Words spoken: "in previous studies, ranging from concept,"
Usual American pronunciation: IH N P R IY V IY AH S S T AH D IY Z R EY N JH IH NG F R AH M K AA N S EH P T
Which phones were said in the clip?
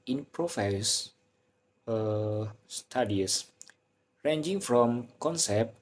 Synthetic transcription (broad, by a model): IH N P R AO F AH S S T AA D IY S R EY N JH IH NG F R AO M K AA N S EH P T